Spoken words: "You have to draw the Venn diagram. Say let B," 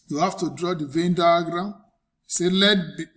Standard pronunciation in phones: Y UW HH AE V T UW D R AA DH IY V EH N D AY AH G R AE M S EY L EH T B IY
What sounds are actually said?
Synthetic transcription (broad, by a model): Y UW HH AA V T UW D R AA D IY V EH N D AY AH G R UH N S EY L EH T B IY